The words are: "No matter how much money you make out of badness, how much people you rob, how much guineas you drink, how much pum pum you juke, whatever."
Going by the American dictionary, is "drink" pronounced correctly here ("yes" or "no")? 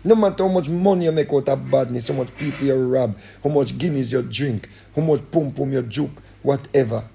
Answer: yes